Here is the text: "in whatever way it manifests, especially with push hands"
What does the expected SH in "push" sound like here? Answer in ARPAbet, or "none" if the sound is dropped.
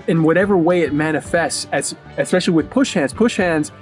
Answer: SH